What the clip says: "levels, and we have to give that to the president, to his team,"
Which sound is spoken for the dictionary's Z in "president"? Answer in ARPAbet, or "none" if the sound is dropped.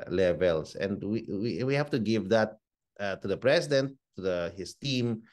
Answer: S